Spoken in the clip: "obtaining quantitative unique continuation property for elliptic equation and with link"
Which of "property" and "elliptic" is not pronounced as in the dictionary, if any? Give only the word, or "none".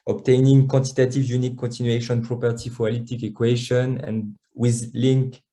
elliptic